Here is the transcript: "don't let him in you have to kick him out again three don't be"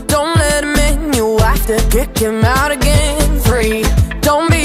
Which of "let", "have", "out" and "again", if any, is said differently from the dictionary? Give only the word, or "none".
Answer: have